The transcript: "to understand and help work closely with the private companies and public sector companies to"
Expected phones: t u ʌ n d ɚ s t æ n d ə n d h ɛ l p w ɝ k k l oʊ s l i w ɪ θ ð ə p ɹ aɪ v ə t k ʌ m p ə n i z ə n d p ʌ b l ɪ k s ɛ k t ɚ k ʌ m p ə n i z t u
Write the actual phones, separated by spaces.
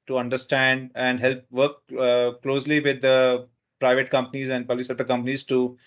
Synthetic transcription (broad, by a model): t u ʌ n d ɚ s t æ n d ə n d h ɛ l p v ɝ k k l oʊ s l i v ɪ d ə p ɹ aɪ v ə t k ʌ m p ə n i z ə n d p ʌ l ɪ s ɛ t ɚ k ʌ m p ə n i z t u